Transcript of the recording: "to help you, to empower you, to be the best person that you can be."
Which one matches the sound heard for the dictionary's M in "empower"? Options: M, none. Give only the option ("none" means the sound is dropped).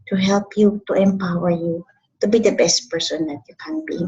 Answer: M